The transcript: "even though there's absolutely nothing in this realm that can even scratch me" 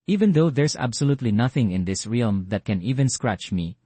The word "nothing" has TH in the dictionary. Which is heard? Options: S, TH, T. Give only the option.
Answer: TH